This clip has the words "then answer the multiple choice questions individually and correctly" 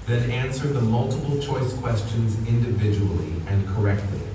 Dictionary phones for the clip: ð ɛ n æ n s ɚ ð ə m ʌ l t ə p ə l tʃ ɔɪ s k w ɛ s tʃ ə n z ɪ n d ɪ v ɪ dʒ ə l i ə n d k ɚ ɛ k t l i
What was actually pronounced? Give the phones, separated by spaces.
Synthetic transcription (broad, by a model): ð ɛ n æ n s ɚ ð ə m ʌ l t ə p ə l tʃ ɔɪ s k w ɛ s tʃ ə n z ɪ n d ɪ v ɪ dʒ ə l i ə n k ɚ ɛ k t l i